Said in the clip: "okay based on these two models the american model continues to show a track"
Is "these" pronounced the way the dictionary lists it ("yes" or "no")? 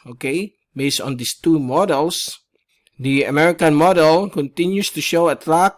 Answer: no